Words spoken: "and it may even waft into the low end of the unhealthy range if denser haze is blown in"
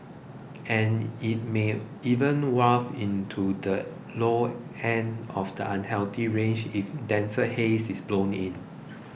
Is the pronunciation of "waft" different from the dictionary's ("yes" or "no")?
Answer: yes